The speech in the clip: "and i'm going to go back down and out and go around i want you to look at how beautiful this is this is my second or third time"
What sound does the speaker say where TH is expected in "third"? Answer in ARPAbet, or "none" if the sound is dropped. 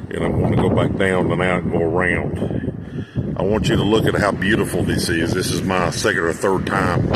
TH